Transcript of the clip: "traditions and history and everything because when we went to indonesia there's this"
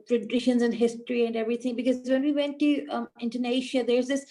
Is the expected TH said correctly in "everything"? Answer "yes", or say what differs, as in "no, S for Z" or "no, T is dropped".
no, T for TH